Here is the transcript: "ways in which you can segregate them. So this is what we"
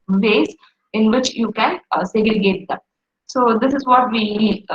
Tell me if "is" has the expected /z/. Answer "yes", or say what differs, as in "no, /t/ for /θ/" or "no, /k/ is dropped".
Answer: yes